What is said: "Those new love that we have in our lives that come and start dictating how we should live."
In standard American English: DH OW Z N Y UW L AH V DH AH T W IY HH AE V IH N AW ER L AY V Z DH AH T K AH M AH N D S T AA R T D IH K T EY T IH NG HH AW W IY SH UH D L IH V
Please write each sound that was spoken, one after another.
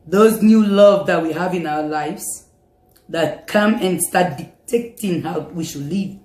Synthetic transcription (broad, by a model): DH OW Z N Y UW L AH V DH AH T W IY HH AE V IH N AW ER L AY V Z DH AH T K AH M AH N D S T AA R T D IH T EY T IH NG HH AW W IY SH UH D L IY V